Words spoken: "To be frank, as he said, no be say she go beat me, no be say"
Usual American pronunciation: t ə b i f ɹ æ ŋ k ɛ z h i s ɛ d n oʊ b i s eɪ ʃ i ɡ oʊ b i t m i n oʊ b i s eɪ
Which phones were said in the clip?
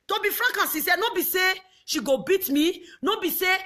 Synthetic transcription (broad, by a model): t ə b i f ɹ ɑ k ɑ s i s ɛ n oʊ b i s eɪ ʃ i ɡ oʊ b i t m i n oʊ b i s eɪ